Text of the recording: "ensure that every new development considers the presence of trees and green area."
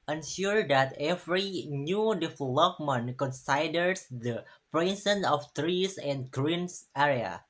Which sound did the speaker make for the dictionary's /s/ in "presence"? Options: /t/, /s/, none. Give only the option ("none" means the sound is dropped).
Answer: none